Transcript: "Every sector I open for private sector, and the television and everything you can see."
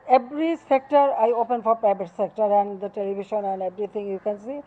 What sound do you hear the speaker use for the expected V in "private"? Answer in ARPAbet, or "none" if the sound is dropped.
B